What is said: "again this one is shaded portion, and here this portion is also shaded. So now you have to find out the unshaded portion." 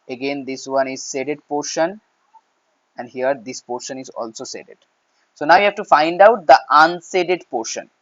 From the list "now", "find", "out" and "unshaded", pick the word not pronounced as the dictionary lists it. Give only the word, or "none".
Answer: unshaded